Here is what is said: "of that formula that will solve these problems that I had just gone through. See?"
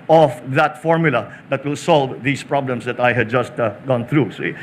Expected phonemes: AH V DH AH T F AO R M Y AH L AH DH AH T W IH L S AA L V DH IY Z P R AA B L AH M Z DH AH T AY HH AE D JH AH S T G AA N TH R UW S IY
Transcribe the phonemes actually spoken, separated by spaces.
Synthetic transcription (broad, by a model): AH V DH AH T F AO R M Y AH L AH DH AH T W IH L S AA L V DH IY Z P R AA B L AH M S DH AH T AY HH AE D JH AH S T G AA N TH R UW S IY